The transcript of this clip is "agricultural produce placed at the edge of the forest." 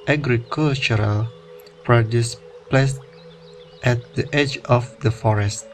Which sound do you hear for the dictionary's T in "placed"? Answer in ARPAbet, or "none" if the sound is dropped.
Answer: T